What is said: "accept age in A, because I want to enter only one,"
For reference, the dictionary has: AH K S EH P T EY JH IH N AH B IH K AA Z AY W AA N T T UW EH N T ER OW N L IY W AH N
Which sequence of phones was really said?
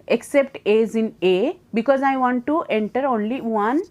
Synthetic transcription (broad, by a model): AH K S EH P T EY Z IH N AH B IH K AA Z AY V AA N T T UW EH N T ER OW N L IY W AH N